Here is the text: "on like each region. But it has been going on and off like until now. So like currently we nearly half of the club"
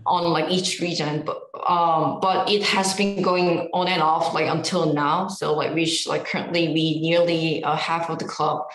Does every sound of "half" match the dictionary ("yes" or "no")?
yes